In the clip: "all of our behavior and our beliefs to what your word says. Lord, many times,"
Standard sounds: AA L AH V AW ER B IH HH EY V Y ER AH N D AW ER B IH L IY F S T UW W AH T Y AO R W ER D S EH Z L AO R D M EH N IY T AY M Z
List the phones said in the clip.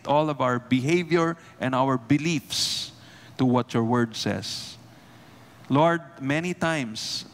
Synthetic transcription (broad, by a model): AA L AH V AW ER B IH HH EY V Y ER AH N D AW ER B IH L IY F S T UW W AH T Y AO R W ER D S EH S L AO R D M EH N IY T AY M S